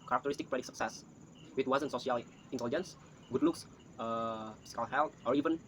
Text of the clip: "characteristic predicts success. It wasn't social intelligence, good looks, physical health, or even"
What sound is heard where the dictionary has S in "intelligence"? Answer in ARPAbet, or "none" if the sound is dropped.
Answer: S